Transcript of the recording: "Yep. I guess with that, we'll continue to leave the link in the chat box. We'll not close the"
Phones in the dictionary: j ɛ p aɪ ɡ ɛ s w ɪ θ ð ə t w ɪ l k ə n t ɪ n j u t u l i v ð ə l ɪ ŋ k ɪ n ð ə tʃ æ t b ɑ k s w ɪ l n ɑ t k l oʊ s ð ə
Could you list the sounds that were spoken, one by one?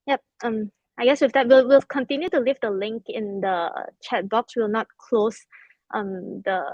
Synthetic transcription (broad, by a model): j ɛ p aɪ ɡ ɛ s w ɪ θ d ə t w ɪ l k ə n t ɪ n j u t u l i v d ə l ɪ ŋ k ɪ n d ə tʃ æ t b ɑ k s w ɪ l n ɑ t k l oʊ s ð ə